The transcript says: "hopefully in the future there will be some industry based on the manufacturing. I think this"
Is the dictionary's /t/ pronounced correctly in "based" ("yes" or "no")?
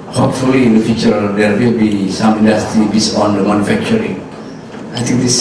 no